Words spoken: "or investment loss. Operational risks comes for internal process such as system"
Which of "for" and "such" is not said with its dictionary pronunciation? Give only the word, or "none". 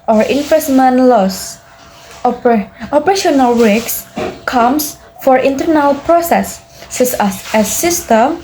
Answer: such